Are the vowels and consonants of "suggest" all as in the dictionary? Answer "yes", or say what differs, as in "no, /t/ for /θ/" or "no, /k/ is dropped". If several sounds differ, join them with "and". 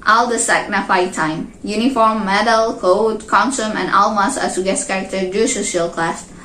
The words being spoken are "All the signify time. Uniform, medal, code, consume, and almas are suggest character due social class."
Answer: no, /dʒ/ is dropped